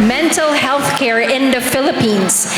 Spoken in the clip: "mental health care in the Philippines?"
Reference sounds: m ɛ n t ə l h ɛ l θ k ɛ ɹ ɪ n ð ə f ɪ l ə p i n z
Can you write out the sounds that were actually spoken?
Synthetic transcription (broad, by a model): m ɛ n t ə l h ɛ l θ k ɛ ɹ ɪ n ð ə f ɪ l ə p i n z